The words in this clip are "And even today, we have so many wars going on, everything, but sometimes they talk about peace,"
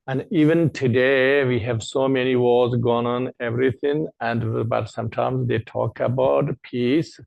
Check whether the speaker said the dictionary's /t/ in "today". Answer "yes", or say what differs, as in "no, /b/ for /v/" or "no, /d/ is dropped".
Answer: yes